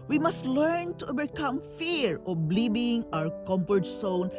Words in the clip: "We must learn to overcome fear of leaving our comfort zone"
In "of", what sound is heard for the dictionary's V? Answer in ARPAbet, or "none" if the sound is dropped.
B